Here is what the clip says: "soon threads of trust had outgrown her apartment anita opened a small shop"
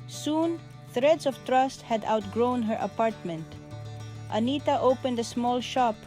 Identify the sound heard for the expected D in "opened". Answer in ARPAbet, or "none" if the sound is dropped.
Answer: D